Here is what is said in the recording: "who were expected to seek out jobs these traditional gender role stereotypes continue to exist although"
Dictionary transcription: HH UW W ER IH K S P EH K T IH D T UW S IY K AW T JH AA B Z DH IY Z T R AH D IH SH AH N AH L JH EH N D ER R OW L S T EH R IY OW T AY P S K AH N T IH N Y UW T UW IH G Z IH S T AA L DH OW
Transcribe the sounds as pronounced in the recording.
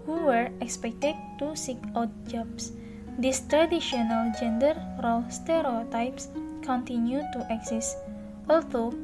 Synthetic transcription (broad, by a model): HH UW W ER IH K S P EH K T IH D T UW S IY K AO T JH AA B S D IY S T R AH D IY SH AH N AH L JH EH N D ER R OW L S T EH R IY OW T AY P S K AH N T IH N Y UW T UW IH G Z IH S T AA L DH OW